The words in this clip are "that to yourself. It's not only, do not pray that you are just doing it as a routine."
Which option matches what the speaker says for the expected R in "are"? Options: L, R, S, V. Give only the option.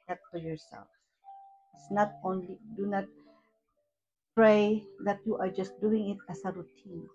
R